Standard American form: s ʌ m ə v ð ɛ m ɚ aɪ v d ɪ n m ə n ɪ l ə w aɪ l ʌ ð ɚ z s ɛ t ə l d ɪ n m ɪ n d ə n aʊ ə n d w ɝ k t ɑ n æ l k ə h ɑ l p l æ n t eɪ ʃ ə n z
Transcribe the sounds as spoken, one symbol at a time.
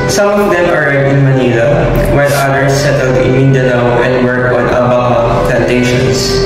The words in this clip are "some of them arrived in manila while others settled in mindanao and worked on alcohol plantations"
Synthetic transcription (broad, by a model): s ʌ m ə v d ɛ m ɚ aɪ d ɪ n m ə n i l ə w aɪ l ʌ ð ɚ s ɛ t ə l d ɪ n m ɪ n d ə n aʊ ə n d w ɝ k ɑ n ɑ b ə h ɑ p l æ n t eɪ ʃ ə n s